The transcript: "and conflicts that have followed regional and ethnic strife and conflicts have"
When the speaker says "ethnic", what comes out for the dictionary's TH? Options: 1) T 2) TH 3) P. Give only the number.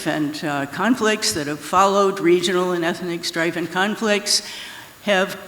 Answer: 2